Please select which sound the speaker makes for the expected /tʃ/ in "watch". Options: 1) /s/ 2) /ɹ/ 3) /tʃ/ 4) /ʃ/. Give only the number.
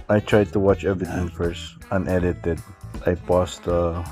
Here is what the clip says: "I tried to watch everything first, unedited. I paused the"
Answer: 3